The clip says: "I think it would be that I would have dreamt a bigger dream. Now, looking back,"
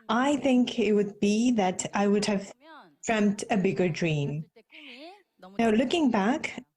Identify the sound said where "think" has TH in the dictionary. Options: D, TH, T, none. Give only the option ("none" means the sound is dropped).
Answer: TH